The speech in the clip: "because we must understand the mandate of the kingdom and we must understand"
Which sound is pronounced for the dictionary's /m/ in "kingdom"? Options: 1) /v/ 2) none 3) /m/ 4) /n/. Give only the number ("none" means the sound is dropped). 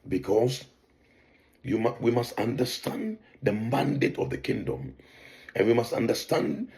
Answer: 3